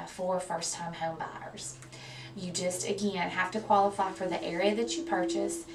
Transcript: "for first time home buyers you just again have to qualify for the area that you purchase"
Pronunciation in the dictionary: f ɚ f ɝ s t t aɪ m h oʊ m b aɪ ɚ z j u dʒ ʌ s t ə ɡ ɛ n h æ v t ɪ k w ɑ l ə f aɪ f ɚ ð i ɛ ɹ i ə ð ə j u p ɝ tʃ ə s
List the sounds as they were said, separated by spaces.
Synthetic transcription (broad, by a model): f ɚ f ɝ s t t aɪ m h oʊ m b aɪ ɚ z j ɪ dʒ ʌ s t ə ɡ ɛ n h æ f t ɪ k w ɑ l ə f aɪ f ɚ ð i ɛ ɹ i ə ð ə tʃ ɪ p ɝ tʃ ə s